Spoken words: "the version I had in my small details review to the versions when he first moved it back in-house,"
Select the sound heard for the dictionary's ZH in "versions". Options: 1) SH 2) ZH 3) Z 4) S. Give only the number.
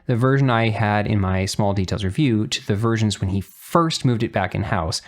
2